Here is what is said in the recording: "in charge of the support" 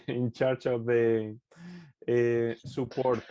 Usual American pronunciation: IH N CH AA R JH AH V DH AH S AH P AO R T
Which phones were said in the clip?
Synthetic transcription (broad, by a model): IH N CH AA R CH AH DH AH S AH P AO R T